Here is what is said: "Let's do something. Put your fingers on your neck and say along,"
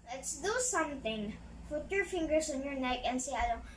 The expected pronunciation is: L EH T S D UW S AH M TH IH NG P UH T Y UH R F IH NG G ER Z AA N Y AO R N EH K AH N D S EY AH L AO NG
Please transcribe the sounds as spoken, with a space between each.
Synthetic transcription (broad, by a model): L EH T S D UW S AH M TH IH NG F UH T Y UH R F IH NG G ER S AA N Y AO R N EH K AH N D S EY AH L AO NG